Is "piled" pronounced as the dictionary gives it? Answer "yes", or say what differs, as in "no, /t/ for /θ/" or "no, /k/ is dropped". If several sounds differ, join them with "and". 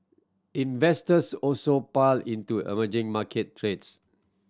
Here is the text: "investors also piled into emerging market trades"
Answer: no, /d/ is dropped